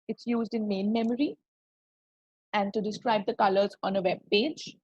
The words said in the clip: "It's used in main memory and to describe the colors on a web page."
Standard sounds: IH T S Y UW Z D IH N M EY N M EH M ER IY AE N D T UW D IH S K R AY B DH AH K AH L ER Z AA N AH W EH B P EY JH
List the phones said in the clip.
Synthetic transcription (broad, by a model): IH T S Y UW Z D IH N M EY N M EH M ER IY AE N D T UW D IH S K R AY B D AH K AH L ER Z AA N AH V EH B P EY JH